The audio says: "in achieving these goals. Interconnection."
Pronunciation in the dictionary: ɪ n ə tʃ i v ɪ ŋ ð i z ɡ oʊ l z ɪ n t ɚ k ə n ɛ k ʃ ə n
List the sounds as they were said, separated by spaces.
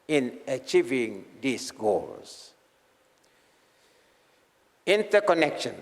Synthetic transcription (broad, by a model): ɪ n ə tʃ i v ɪ ŋ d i s ɡ oʊ l s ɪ n t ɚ k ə n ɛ k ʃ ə n